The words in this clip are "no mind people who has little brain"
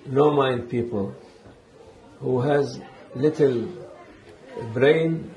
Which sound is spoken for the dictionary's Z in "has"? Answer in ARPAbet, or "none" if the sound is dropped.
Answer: Z